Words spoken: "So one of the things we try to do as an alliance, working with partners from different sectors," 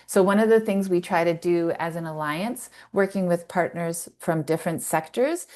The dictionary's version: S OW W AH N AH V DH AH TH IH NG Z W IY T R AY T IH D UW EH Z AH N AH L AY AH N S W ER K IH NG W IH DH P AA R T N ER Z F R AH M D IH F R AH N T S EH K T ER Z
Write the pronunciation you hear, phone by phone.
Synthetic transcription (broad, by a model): S OW W AH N AH V DH AH TH IH NG Z W IY T R AY T IH D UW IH Z AH N AH L AY AH N S W ER K IH NG W IH DH P AA R T N ER Z F R AH M D IH F R AH N T S EH K T ER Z